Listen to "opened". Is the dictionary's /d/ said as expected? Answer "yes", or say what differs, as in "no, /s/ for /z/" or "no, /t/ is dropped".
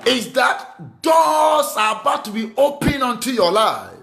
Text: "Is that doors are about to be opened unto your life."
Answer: no, /d/ is dropped